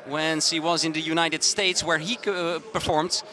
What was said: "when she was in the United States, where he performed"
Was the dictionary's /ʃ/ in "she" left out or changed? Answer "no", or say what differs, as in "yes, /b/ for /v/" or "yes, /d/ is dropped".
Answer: yes, /s/ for /ʃ/